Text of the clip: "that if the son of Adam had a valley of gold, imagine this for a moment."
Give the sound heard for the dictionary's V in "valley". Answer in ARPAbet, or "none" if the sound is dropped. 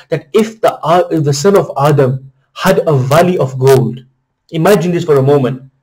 V